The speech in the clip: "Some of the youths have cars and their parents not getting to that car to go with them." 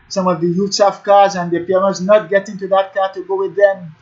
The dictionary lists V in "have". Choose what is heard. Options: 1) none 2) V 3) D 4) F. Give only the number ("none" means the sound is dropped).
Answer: 4